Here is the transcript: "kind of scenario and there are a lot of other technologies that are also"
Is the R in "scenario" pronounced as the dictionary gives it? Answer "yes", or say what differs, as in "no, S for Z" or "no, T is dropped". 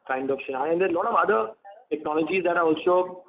no, R is dropped